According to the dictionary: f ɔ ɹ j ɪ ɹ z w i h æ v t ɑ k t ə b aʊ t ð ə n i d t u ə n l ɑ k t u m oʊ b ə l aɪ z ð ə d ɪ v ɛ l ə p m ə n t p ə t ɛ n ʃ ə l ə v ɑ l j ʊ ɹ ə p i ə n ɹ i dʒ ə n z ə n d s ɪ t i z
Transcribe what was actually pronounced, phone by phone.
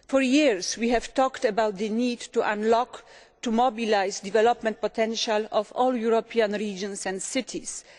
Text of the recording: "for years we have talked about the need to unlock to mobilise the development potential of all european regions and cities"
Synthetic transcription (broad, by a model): f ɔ ɹ j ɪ ɹ s w i h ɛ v t ɑ k t ə b aʊ t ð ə n i d t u ə n l ɑ k t u m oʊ b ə l aɪ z d ɪ v ɛ l ə p m ə n t p ə t ɛ n ʃ ə l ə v ɑ l j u ɹ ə p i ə n ɹ i dʒ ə n s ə n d s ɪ t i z